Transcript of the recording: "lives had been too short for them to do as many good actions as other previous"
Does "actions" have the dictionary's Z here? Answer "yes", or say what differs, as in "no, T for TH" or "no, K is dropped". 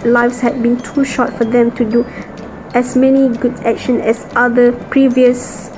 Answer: no, Z is dropped